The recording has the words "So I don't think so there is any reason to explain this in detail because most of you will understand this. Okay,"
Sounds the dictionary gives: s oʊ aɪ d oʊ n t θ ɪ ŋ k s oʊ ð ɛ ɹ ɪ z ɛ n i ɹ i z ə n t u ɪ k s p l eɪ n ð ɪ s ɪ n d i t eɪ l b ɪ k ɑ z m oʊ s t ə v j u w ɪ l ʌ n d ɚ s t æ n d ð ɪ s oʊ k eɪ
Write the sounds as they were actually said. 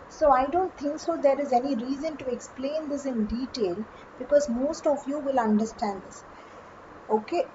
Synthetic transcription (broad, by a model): s oʊ aɪ d oʊ n t t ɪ ŋ k s oʊ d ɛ ɹ ɪ z ɛ n i ɹ i z ə n t u ɪ k s p l eɪ n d ɪ s ɪ n d i t eɪ l b ɪ k ɑ z m oʊ s t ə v j u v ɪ l ʌ n d ɚ s t æ n d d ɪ s oʊ k eɪ